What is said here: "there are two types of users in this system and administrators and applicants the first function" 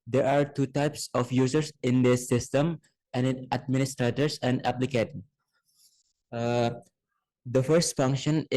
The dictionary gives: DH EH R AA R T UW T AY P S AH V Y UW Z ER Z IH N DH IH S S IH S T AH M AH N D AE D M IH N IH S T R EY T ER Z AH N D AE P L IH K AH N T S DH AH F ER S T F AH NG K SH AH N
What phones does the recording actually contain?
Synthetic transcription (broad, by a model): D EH R AA R T UW T AY P S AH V Y UW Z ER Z IH N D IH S S IH S T AH M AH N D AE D M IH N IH S T R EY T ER S AH N D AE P L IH K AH T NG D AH F ER S T F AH NG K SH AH N